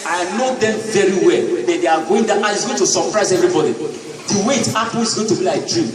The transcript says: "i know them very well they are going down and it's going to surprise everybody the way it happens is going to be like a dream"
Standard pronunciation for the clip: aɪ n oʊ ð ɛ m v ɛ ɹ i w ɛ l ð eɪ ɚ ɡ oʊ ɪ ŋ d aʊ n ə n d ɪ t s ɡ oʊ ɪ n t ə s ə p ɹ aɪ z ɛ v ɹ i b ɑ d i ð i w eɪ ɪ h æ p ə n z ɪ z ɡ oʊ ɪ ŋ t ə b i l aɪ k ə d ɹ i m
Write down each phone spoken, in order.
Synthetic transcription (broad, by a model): aɪ n oʊ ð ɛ m v ɛ ɹ i w ɛ l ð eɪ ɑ ɡ oʊ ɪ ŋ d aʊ ə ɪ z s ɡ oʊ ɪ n t ə s ə p ɹ aɪ z ɛ v ɹ i b ɑ d i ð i w eɪ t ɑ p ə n ɪ z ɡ oʊ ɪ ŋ t ə b i l aɪ k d ɹ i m